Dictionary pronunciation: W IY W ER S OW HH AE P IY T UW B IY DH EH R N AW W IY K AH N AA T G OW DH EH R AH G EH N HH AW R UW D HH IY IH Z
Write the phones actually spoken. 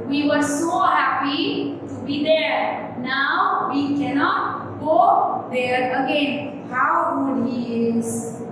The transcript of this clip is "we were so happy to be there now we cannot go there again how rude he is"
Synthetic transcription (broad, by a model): W IY W ER S OW HH AE P IY T UW B IY DH EH R N AW W IY K AH N AA T G OW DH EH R AH G EH N HH AW W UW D HH IY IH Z